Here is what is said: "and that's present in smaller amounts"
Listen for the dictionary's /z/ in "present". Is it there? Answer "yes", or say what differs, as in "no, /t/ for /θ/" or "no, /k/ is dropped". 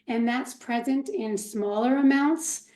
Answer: yes